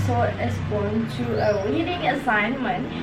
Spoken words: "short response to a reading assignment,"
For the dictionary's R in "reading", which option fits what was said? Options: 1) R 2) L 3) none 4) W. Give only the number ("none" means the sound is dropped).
4